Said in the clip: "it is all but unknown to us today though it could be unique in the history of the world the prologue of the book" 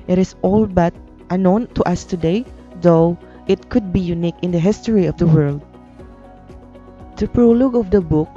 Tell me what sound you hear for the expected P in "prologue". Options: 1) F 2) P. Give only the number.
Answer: 2